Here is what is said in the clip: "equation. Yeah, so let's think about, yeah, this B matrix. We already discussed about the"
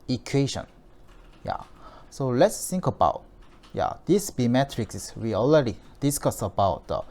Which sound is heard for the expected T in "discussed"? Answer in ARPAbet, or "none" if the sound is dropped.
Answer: none